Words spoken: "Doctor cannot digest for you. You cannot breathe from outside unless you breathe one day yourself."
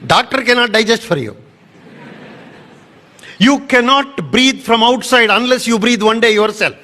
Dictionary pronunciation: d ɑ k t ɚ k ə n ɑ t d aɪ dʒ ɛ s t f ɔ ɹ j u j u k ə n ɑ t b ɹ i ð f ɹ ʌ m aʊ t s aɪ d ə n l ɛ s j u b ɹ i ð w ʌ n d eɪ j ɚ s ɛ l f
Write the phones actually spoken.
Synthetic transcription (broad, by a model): d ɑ k t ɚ k ə n ɑ t d aɪ dʒ ɛ s t f ɔ ɹ j u j u k ə n ɑ t b ɹ i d f ɹ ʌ m aʊ t s aɪ d ə n l ɛ s j u b ɹ i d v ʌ n d eɪ j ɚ s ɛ l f